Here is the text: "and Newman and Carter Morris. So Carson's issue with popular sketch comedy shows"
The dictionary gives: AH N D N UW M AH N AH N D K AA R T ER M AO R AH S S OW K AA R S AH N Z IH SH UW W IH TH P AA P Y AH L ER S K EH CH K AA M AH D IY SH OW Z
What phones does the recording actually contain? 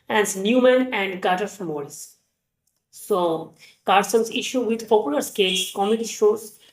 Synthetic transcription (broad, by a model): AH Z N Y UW M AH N AH N D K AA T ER M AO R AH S S OW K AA R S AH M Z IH SH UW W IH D P AA P Y AH L ER S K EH S K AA M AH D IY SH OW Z